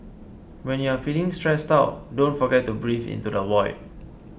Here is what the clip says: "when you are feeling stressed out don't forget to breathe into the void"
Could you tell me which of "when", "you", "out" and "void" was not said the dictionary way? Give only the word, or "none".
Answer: void